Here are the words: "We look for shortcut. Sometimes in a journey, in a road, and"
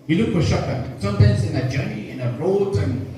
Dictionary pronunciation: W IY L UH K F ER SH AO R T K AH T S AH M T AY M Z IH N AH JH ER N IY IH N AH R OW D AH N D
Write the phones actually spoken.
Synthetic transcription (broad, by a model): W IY L UH K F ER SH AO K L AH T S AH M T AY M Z IH N AH JH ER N IY IH N AH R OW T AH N